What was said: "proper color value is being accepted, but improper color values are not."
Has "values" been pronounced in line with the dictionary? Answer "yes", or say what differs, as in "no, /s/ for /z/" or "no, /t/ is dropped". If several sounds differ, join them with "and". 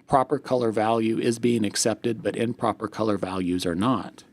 yes